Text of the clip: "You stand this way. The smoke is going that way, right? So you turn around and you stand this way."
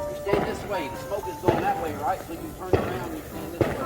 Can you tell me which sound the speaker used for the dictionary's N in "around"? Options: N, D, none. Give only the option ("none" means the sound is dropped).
none